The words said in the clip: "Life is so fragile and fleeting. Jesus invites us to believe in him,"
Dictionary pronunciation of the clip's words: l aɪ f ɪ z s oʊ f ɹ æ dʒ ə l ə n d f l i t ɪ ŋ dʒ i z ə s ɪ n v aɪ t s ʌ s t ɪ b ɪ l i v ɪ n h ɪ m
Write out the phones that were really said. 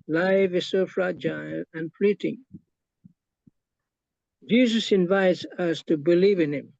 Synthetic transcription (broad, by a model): l aɪ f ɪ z s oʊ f ɹ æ dʒ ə l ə n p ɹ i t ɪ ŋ dʒ i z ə s ɪ n v aɪ t s ʌ s t ɪ b ɪ l i v ɪ n h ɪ m